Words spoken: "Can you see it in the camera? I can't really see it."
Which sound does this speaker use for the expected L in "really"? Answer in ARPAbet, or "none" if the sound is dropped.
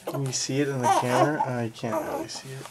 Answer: none